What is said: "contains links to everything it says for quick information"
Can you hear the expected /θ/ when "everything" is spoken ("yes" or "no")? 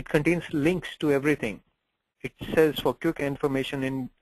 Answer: no